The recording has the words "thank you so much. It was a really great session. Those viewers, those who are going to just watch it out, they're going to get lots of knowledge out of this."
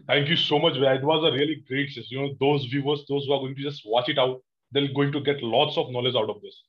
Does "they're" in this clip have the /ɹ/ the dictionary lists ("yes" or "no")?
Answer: no